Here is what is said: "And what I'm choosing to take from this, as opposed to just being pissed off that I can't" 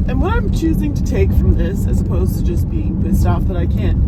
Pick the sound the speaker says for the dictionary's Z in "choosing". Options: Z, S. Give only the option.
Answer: Z